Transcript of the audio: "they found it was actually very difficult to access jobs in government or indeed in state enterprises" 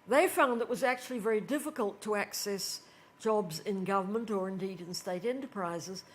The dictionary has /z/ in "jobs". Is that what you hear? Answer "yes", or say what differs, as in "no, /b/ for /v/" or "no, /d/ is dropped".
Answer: yes